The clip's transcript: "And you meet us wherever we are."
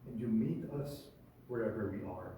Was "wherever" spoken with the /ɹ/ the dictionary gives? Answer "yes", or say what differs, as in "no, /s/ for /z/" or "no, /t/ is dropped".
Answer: yes